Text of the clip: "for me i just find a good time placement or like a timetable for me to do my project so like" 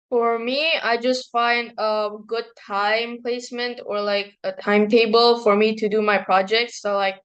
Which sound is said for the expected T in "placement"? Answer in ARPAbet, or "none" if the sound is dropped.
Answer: T